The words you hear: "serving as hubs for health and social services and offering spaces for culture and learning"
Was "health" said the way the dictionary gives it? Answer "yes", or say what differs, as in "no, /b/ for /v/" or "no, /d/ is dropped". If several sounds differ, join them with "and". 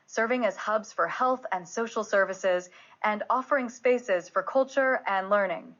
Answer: yes